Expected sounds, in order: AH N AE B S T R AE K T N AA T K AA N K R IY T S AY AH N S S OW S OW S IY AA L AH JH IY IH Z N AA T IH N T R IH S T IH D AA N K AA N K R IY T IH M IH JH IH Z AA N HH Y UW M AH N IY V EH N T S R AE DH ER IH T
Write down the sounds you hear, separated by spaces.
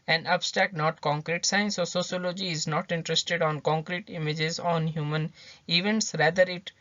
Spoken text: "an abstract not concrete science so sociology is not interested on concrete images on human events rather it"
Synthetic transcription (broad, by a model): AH N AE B S T AE K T N AA T K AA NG K R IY T S AY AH N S S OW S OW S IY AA L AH JH IY IH Z N AA T IH N T R IH S T IH D AA N K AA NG K R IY T IH M IH JH IH Z AA N HH Y UW M AH N IY V EH N T S R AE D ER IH T